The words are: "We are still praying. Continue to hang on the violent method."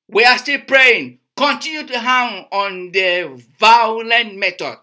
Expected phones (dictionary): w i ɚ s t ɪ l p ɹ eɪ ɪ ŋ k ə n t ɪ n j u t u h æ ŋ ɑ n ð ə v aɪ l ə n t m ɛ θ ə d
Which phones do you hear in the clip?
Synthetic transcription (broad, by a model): w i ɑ s t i l p ɹ eɪ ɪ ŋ k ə n t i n j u t u h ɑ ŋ ɑ n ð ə v aɪ l ə n t m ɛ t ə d